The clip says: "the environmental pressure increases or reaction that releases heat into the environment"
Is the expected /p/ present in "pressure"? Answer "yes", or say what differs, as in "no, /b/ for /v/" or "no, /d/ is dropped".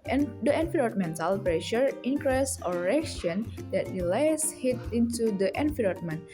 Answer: yes